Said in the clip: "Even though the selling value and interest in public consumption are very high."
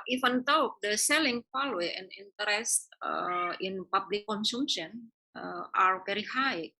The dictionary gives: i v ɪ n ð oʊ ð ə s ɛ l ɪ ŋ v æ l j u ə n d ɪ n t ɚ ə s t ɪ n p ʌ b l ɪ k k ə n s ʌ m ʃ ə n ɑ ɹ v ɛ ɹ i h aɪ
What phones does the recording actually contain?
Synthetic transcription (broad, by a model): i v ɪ n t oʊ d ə s ɛ l ɪ ŋ f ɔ l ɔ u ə n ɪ n t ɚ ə s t ɪ n p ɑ b l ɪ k k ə n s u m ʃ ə n ɑ ɹ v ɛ ɹ i h aɪ